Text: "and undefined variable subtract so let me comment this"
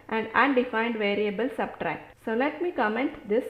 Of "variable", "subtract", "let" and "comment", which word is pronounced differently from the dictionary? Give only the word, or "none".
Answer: none